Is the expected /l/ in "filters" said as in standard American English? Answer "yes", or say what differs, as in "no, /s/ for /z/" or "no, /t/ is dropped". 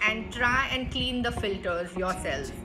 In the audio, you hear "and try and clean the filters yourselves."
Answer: yes